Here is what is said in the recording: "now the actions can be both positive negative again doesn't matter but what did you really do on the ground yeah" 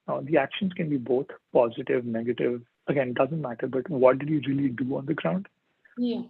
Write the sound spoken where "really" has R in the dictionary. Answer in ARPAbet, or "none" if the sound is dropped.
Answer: R